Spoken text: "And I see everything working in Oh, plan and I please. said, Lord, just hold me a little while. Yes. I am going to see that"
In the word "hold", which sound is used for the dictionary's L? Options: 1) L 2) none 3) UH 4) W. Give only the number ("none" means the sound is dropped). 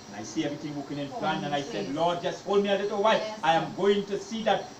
1